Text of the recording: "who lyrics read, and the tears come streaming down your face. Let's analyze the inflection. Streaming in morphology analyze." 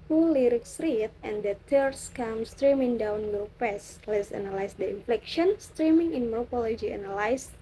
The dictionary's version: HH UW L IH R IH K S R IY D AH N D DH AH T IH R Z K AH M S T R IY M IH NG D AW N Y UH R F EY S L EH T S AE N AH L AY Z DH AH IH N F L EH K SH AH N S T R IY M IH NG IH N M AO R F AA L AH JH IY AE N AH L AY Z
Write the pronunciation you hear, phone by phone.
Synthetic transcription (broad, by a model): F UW L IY R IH K S R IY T AH N D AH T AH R S K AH M S T R IY M IH NG D AW N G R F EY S L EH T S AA N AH L AY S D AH IH N F L EH K SH AH N S T R IY M IH NG IH N M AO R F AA L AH JH IY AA N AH L AY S